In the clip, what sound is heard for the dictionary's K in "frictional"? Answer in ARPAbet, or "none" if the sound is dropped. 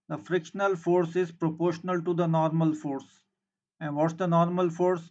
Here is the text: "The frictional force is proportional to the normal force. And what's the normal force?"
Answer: K